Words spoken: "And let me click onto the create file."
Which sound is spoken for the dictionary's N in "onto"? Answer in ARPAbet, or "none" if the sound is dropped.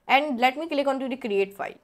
N